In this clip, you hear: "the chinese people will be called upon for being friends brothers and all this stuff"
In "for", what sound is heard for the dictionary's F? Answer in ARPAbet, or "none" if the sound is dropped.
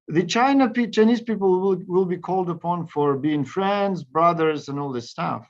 F